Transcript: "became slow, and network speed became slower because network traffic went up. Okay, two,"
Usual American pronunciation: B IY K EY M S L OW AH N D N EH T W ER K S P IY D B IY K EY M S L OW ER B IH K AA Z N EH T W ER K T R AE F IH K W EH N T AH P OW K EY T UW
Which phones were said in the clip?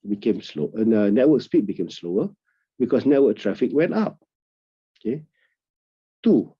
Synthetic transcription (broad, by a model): B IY K EY M S L OW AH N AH N EH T W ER K S P IY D B IY K EY M S L OW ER B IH K AA S N EH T W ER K T R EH F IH K W EH N T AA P OW K EY T UW